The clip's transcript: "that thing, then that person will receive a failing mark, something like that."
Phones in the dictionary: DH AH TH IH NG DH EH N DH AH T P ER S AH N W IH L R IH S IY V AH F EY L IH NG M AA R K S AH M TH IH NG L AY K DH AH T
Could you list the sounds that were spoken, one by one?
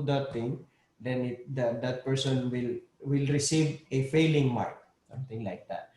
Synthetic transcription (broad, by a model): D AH T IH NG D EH N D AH T P ER S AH N W IH L R IH S IY V AH F EY L IH NG M AA R K S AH M T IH NG L AY K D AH T